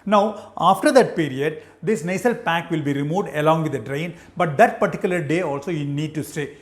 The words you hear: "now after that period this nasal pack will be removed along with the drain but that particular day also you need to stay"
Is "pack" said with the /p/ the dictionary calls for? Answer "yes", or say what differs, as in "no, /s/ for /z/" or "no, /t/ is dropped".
yes